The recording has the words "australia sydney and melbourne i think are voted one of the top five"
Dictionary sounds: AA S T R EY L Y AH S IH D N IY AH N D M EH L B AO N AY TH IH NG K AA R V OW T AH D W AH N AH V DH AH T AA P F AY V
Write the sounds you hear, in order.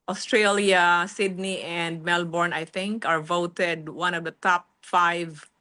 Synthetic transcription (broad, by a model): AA S T R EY L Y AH S IH D N IY AH N D M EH L B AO N AY TH IH NG K AA R V OW T AH D W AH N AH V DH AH T AA P F AY V